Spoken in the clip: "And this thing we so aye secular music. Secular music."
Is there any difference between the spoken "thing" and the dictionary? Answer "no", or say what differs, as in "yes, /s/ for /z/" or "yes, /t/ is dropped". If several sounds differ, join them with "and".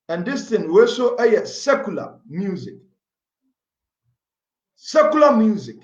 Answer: yes, /t/ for /θ/